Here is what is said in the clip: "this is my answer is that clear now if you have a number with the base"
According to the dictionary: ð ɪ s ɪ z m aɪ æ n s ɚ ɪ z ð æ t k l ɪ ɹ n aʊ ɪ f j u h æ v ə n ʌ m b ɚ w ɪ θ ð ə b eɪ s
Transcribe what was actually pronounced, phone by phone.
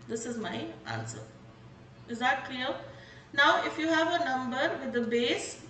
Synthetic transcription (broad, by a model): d ɪ s ɪ z m aɪ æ n s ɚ ɪ z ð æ t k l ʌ l n aʊ ɪ f j u h æ v ə n ʌ m b ɚ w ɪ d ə b eɪ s